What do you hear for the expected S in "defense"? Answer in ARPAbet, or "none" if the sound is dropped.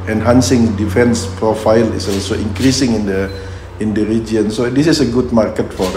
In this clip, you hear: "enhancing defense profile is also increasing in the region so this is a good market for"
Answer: S